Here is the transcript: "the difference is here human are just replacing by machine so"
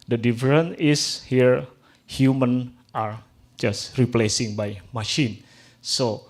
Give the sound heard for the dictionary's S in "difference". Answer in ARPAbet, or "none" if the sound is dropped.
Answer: none